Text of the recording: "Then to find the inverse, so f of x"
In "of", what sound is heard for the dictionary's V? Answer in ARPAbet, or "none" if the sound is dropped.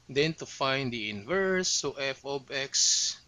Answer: B